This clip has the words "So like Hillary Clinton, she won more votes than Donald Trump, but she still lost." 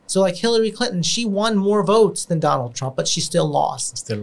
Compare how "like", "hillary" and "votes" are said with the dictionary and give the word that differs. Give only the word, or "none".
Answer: none